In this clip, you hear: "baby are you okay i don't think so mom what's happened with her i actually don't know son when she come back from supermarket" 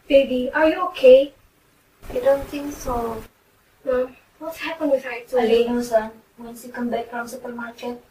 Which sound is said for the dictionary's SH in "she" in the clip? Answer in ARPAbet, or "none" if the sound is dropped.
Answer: S